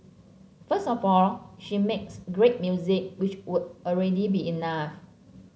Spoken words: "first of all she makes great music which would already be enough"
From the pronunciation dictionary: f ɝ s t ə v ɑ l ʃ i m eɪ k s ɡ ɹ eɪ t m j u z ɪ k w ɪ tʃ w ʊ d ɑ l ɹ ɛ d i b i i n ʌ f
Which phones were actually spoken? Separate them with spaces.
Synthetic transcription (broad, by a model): f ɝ s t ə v ɑ l ʃ i m eɪ k s ɡ ɹ eɪ t m j u z ɪ k w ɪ tʃ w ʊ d ɑ l ɹ ɛ d i b i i n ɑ f